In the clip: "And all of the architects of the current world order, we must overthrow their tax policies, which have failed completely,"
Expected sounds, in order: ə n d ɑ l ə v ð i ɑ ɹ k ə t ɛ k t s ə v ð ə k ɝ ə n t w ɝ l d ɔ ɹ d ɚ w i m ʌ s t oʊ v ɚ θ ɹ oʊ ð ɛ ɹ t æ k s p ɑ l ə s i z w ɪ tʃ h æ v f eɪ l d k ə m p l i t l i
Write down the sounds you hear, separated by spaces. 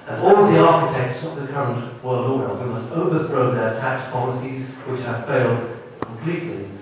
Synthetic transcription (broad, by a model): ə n ɑ l ð i ɑ ɹ k ə t ɛ k t s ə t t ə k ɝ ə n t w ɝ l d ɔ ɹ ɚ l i m ʌ s t oʊ v ɚ θ ɹ oʊ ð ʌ ɹ t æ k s p ɑ l ə s i z w ɪ tʃ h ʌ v f eɪ l d k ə m p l i t l i